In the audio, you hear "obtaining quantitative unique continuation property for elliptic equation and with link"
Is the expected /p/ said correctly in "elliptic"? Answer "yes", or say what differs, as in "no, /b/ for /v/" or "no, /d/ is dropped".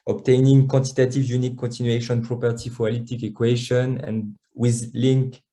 no, /p/ is dropped